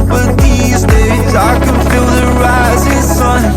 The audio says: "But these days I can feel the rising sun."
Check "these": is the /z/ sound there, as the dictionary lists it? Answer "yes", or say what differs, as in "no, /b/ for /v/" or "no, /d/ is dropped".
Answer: yes